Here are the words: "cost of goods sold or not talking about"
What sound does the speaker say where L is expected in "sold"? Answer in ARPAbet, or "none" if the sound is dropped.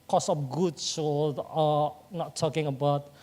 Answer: none